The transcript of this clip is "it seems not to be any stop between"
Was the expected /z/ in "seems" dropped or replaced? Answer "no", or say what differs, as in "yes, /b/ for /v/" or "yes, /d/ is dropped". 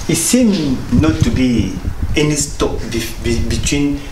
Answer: yes, /z/ is dropped